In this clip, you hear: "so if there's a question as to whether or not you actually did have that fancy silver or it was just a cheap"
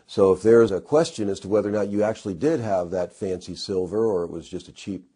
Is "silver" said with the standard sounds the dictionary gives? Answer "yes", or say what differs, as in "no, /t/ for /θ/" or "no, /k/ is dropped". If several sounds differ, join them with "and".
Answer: yes